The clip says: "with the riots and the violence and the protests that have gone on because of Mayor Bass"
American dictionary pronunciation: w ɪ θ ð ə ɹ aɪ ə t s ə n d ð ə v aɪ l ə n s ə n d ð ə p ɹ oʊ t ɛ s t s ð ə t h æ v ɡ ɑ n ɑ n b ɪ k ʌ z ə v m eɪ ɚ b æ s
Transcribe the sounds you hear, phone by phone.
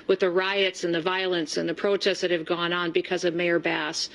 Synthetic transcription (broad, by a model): w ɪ ð ə ɹ aɪ ə t s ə n ð ə v aɪ l ə n s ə n ð ə p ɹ oʊ t ɛ s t ð ə t h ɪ v ɡ ɑ n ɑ n b ɪ k ʌ z ə v m eɪ ɚ b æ s